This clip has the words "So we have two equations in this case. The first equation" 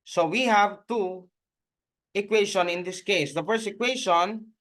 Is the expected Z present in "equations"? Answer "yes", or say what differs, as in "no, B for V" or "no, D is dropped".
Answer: no, Z is dropped